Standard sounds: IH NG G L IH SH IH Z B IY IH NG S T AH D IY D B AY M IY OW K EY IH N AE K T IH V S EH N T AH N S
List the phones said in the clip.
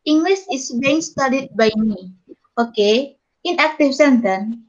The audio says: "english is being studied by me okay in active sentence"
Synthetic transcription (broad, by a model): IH NG G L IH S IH S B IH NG S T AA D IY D B AY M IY OW K EY IH N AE K T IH F S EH N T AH N